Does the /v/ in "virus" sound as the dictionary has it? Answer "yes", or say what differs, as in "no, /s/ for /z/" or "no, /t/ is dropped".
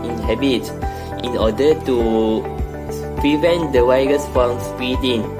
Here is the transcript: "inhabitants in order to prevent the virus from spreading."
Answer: no, /w/ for /v/